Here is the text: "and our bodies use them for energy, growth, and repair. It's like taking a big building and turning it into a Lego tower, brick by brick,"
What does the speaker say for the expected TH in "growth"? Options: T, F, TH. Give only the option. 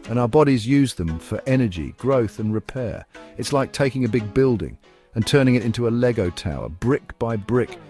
TH